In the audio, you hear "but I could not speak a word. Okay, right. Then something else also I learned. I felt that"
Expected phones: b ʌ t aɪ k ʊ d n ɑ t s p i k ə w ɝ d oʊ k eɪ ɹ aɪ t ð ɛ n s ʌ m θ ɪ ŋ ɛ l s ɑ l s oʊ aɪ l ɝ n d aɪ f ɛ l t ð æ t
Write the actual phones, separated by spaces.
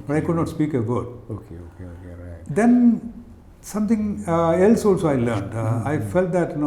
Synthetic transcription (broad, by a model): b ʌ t aɪ k ʊ d n ɑ t s p i k ə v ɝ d oʊ k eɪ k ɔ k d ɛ n s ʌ m t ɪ ŋ ɛ l s ɑ l s oʊ aɪ l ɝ n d aɪ f ɛ l t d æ t